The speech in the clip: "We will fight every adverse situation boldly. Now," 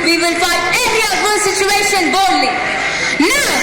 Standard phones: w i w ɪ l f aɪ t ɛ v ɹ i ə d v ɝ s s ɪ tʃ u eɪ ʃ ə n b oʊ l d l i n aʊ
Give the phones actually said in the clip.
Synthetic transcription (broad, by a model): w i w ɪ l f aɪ ɛ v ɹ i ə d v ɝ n s ɪ tʃ u eɪ ʃ ə n b oʊ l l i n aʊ